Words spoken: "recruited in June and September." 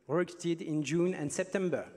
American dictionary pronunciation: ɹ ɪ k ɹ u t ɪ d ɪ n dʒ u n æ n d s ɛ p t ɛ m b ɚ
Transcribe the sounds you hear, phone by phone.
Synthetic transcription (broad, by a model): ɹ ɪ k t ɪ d ɪ n dʒ u n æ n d s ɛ p t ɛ m b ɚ